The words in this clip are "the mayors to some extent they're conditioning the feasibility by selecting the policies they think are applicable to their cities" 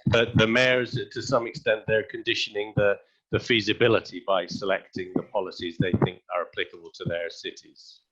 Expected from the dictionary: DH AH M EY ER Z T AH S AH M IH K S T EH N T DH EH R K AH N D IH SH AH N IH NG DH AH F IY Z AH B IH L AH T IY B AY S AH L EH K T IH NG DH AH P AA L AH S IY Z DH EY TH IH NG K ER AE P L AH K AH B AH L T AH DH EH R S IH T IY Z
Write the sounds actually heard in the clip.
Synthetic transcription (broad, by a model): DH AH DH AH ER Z T AH S AH M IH K S T EH N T DH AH R K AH N D IH SH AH N IH NG DH AH F IY Z AH B IH L AH T IY B AY S AH L EH K T IH NG DH AH P AA L AH S IY Z DH EY TH IH NG K ER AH P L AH K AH B AH L T AH DH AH R S IH T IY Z